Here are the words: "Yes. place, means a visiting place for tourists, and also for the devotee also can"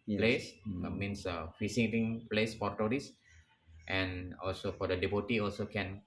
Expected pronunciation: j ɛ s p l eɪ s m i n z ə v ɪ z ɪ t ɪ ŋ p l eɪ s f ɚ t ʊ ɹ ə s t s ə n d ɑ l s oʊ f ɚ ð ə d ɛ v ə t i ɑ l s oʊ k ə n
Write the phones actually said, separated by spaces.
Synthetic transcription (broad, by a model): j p l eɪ s m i n s ə f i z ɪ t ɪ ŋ p l eɪ s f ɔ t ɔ ɹ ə s t ə n ɑ l s oʊ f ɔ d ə d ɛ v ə t i ɑ l s oʊ k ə n